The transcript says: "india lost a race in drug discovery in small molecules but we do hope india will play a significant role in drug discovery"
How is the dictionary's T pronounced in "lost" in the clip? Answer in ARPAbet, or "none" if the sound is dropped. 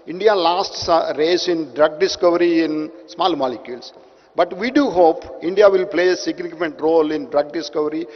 T